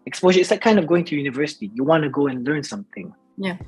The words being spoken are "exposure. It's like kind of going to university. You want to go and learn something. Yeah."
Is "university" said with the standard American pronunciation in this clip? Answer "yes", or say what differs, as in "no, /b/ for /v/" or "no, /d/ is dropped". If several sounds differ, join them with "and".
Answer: yes